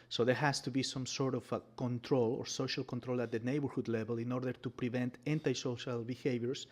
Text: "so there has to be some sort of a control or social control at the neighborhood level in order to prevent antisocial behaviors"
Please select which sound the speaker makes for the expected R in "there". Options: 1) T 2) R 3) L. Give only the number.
2